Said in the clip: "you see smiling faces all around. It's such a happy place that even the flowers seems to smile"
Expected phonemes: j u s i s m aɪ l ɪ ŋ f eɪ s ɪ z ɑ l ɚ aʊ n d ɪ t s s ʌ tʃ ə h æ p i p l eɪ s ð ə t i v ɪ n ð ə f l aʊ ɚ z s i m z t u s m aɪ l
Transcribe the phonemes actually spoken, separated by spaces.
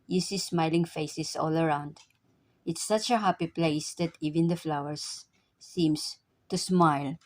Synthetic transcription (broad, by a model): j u s i s m aɪ l ɪ ŋ f eɪ s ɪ s ɑ l ɚ aʊ n d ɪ t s s ʌ tʃ ə h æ p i p l eɪ s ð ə t i v ɪ n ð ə f l aʊ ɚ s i m s t u s m aɪ l